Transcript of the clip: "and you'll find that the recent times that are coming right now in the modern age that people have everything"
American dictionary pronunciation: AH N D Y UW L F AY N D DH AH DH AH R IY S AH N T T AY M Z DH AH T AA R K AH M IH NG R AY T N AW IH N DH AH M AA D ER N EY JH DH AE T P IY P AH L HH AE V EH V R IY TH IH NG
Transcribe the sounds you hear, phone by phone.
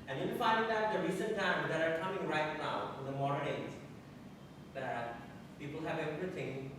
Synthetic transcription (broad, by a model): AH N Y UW N F AY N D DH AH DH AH R IY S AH N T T AY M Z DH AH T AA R K AH M IH NG R AY T N AW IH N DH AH M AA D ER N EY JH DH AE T P IY P AH L HH AE V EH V R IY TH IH NG